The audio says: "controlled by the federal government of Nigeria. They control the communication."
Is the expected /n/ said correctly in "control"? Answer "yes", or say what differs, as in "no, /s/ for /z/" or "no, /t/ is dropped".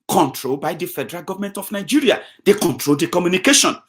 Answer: yes